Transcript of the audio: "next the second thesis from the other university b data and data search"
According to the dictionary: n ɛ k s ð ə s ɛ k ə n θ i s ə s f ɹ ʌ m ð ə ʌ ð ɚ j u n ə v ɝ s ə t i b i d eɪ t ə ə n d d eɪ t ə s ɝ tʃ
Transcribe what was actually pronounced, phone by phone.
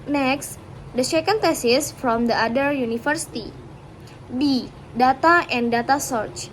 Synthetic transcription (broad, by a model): n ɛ k s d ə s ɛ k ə n t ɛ s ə s f ɹ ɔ m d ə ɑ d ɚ j u n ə f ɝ s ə t i b i d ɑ t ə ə n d d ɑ t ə s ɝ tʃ